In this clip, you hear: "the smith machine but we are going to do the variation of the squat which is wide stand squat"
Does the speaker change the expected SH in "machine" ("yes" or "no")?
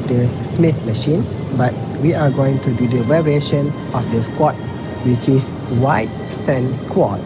no